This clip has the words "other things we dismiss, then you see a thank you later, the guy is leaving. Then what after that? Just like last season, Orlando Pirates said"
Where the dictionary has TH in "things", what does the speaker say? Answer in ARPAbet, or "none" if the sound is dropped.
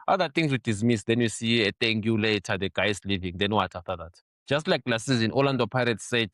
T